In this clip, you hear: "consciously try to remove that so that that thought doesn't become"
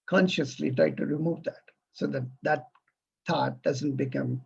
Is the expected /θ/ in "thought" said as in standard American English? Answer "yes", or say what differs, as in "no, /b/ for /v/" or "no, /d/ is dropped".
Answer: no, /t/ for /θ/